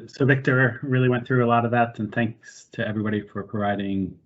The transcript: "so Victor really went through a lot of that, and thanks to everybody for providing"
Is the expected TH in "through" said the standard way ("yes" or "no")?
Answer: yes